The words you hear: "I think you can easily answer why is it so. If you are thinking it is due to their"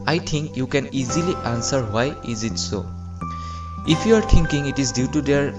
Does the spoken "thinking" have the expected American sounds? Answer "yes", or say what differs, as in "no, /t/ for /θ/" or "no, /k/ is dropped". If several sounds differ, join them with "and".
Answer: no, /t/ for /θ/